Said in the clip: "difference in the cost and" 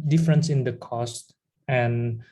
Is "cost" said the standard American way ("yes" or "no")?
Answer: yes